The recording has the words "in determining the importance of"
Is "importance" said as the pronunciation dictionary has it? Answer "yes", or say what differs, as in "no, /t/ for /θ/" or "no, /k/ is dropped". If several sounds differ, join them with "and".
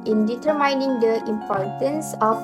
yes